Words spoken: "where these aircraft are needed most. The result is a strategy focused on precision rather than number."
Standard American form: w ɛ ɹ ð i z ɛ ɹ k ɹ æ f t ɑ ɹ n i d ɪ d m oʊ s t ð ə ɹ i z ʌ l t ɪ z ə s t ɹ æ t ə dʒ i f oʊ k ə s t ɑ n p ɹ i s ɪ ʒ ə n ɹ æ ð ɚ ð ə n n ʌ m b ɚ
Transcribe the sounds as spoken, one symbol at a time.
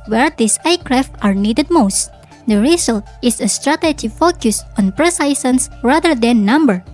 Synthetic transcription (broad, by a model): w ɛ ɹ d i s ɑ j k ɹ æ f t ɑ ɹ n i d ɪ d m oʊ s t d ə ɹ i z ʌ l t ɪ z ə s t ɹ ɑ t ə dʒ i f oʊ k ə s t ɑ n p ɹ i s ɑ s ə n ɹ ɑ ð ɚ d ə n n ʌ m b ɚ